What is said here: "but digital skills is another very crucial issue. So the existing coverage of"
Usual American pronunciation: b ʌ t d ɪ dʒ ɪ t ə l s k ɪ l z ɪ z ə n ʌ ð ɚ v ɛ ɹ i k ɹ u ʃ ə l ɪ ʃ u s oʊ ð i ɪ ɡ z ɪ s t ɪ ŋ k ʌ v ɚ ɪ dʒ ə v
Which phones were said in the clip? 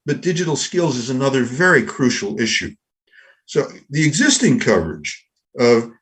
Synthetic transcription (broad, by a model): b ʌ t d ɪ dʒ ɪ t l s k ɪ l z ɪ z ə n ʌ ð ɚ v ɛ ɹ i k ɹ u ʃ l ɪ ʃ u s oʊ ð i ɪ ɡ z ɪ s t ɪ ŋ k ʌ v ɚ ɪ dʒ ə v